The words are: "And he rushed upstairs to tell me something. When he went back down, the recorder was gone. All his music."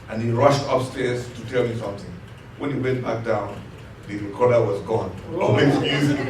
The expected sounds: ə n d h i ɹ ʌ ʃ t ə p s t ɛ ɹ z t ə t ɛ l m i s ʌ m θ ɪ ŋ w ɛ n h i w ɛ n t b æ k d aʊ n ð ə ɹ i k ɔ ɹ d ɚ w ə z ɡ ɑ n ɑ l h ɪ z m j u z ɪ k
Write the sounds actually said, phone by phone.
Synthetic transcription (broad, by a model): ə n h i ɹ ʌ ʃ t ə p s t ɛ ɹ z t ə t ɛ l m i s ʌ m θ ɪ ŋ w ɛ n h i w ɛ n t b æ k d aʊ n ð ə ɹ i k ɔ ɹ d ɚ w ə z ɡ ɑ n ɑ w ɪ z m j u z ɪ